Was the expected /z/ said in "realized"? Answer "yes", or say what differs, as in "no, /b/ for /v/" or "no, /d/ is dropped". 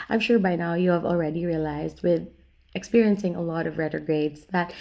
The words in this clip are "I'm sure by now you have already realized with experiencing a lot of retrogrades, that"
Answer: yes